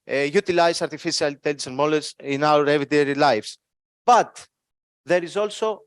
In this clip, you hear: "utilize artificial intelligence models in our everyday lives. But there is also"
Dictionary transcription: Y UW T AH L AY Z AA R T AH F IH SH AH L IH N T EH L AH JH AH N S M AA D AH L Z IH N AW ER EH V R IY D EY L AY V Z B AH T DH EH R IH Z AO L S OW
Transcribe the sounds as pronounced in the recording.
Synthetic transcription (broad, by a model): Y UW T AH L AY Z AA R T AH F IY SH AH L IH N T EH L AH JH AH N M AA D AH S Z IH N AW ER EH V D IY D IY L AY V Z B AH T DH EH R IH Z AO L S OW